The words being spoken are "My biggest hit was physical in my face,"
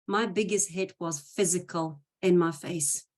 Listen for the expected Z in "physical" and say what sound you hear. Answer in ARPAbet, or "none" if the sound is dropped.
Z